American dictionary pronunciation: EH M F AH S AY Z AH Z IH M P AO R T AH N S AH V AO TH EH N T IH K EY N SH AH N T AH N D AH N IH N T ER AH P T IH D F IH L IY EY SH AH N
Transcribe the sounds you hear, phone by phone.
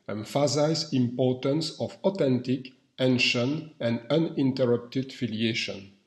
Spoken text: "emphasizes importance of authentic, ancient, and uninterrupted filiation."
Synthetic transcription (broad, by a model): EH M F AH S AY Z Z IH M P AO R T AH N S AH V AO T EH N T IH K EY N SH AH N AH N D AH N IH N T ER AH P T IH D F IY L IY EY SH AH N